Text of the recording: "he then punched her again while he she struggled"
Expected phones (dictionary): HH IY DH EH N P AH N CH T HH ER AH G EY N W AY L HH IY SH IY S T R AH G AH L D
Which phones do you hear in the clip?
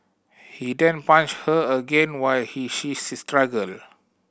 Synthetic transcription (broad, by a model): HH IY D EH N P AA N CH HH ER AH G EY N W AY L HH IY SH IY S T R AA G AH L